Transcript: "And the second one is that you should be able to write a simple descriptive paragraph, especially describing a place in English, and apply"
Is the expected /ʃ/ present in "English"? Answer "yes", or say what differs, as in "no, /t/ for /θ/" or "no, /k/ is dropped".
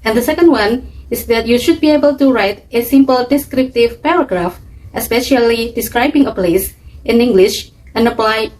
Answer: yes